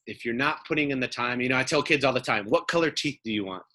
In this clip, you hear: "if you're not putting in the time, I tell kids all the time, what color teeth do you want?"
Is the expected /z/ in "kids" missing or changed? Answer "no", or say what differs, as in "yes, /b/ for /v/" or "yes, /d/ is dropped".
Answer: no